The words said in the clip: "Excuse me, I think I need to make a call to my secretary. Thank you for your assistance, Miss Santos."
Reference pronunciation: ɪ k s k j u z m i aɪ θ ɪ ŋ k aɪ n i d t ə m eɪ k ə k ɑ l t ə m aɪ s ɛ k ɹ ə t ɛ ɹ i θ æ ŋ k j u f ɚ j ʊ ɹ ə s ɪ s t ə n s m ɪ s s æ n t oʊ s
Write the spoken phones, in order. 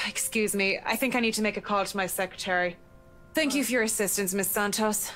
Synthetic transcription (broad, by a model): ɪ k s k j u z m i aɪ θ ɪ ŋ k aɪ n i d t ə m eɪ k ə k ɑ l t ə m aɪ s ɛ k ɹ ə t ɛ ɹ i θ æ ŋ k j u f ɚ j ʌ ɹ ə s ɪ s t ə n s m ɪ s s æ n t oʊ s